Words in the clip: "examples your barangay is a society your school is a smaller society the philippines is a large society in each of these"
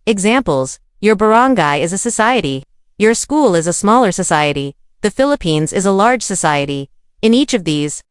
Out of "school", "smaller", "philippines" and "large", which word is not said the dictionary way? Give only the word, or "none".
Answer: none